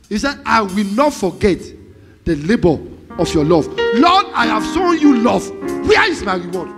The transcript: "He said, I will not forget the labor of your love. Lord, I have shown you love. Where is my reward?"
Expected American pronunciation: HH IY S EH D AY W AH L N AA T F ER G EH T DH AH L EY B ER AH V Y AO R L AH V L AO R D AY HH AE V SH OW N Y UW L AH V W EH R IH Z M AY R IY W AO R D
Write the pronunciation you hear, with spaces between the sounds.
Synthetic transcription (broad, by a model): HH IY S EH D AY W AH L N AA T F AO G EH T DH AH L EY B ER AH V Y AO L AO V L AO D AY HH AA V S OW N Y UW L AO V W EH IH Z M AY R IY W AO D